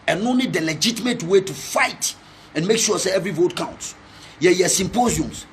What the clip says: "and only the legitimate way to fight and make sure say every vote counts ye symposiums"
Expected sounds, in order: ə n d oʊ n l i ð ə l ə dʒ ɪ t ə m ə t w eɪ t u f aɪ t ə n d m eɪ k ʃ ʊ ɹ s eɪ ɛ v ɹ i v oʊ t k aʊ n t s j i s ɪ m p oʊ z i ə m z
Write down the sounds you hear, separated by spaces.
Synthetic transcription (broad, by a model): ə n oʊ n i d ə l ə dʒ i t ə m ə t w eɪ t u f aɪ t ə n m eɪ k ʃ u s eɪ ɛ v ɹ i v oʊ t k aʊ n t s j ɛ s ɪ m p oʊ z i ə m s